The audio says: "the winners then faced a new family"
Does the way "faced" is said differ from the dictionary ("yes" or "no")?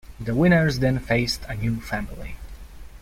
no